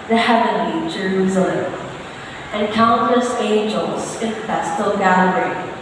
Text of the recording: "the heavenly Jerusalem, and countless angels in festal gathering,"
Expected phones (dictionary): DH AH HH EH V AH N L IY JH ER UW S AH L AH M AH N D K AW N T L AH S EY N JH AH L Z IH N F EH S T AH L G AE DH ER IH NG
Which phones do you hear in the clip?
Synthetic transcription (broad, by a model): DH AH HH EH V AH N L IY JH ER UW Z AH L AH AH N K AW N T L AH S EY N JH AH L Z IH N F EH S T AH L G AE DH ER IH